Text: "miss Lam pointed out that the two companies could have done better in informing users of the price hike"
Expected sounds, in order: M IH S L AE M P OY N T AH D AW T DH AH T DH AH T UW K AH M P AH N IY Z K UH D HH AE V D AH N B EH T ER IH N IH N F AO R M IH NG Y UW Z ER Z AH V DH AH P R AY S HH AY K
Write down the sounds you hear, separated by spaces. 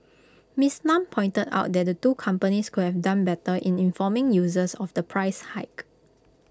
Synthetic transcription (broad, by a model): M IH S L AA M P OY N T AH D AW T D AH T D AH T UW K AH M P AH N IY S K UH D HH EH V D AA N B EH T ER IH N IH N F AO M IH NG Y UW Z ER S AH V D AH P R AY S HH AY K